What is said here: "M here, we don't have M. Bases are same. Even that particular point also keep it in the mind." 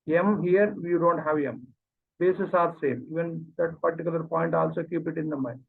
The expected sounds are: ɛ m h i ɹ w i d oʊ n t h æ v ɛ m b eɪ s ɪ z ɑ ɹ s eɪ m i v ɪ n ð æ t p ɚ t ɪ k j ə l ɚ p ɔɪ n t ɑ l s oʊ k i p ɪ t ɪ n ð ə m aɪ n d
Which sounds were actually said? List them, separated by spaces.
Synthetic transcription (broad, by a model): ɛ m h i ɹ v i d oʊ n t h æ v ɛ m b eɪ s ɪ s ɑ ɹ s eɪ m i v ɪ n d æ t p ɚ t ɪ k j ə l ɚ p ɔɪ n t ɑ l s oʊ k i p ɪ t ɪ n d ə m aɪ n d